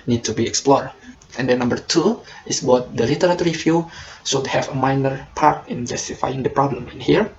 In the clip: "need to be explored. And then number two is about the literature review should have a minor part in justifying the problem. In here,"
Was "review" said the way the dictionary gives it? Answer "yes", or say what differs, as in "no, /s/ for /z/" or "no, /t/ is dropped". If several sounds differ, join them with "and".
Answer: no, /f/ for /v/